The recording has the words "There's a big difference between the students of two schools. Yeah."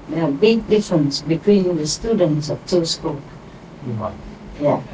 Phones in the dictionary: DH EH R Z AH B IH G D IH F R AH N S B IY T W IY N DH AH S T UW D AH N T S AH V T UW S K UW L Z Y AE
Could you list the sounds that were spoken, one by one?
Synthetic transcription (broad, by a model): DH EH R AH B IH G D IH F R AH N S B IY T W IY N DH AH S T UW D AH N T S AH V T UW S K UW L Y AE